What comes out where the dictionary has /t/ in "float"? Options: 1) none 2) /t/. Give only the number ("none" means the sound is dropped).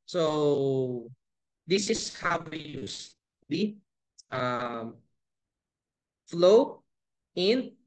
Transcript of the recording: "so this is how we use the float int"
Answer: 1